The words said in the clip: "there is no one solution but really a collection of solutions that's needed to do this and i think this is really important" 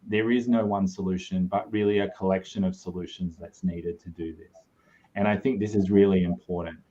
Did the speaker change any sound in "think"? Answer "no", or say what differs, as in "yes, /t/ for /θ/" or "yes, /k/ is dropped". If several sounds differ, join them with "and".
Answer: no